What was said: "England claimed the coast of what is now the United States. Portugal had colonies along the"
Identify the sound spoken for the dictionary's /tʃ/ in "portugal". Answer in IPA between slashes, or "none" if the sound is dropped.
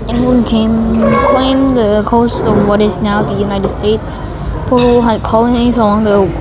none